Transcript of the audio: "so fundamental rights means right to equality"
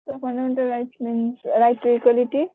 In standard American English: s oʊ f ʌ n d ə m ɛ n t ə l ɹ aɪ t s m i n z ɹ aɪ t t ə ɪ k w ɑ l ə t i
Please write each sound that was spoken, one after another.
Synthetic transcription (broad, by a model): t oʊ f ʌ n d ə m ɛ n t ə l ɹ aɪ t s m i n ɹ aɪ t t ə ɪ k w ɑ l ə t i